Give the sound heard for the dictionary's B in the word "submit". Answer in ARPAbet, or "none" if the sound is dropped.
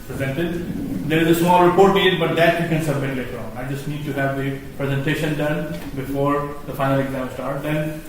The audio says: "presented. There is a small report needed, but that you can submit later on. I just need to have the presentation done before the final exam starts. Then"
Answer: B